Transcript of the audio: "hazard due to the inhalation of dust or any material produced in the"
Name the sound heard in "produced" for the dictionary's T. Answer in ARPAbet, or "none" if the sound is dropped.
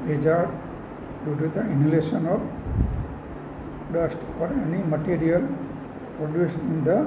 none